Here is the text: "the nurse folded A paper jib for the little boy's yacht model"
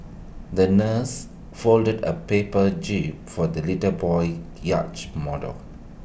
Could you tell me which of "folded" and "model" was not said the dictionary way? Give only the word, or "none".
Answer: none